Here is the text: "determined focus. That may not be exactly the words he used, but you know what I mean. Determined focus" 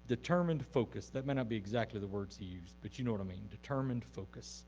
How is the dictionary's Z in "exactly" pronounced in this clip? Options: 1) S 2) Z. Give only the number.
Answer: 2